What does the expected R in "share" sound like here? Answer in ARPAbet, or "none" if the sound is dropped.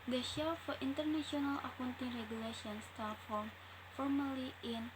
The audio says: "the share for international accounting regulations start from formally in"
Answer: L